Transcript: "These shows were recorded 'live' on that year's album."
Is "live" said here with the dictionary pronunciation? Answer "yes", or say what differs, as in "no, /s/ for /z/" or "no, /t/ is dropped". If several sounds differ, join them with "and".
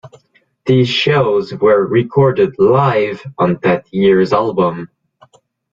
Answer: yes